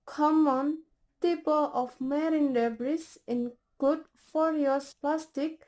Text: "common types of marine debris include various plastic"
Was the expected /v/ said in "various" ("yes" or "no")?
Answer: no